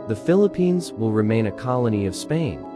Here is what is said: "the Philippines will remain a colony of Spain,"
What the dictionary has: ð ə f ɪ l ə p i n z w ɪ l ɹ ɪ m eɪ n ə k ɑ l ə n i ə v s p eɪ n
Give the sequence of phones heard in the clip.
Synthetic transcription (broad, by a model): ð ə f ɪ l ə p i n z w ɪ l ɹ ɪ m eɪ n ə k ɑ l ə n i ə v s p eɪ n